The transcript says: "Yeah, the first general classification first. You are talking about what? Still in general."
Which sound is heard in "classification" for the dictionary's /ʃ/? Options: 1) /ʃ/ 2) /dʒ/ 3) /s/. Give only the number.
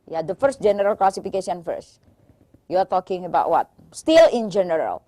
3